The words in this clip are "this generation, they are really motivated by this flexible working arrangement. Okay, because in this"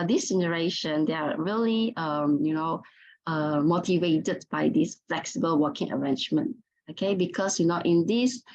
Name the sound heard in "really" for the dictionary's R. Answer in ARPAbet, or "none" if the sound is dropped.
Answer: L